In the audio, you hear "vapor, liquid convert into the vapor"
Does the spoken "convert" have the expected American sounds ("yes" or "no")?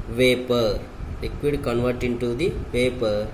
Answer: yes